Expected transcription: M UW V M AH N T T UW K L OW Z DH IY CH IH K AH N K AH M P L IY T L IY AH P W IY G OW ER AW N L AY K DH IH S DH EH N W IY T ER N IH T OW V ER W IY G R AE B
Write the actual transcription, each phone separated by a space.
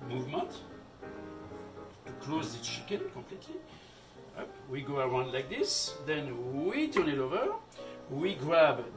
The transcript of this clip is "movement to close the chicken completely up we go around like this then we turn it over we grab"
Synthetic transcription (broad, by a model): M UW V M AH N T T UW K L OW Z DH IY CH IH K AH N K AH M P L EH T L IY AH P W IY G OW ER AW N L AY K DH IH S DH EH N W IY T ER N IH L OW V ER W IY G R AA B